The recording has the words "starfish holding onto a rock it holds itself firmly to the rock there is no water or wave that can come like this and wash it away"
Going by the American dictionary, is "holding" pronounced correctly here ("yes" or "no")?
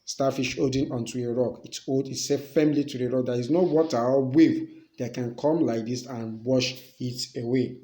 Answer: no